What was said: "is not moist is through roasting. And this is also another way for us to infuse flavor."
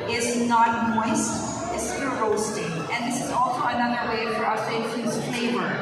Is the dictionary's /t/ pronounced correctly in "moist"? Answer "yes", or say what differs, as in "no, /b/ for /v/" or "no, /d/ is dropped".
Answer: yes